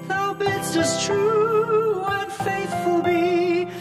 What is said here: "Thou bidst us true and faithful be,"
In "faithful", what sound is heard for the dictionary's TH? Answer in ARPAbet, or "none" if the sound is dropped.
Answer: TH